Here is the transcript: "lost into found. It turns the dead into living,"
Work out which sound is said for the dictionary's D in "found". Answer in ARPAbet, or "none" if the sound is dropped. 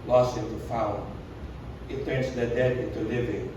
none